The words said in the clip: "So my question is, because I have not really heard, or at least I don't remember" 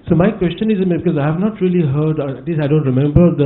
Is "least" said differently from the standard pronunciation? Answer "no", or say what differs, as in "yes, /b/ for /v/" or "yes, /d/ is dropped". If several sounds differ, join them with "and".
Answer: yes, /t/ is dropped